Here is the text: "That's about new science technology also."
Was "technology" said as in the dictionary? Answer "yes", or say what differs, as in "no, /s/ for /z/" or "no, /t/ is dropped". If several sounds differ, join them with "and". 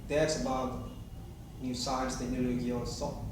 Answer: no, /k/ is dropped